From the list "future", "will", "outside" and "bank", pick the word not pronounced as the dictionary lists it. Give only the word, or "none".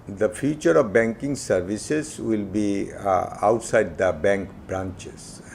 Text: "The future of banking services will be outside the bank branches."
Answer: none